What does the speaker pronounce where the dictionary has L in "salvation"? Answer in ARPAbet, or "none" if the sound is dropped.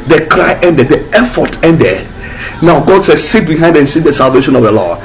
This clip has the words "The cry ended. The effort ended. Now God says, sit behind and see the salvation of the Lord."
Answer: L